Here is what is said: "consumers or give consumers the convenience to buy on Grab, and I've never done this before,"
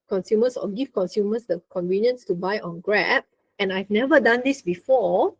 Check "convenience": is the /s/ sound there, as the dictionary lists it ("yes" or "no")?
yes